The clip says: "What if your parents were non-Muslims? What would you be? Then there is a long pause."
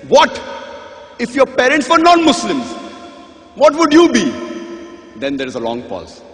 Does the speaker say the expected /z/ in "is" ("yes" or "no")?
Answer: yes